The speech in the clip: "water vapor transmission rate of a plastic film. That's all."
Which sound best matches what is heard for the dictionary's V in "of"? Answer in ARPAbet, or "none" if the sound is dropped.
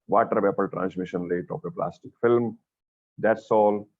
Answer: P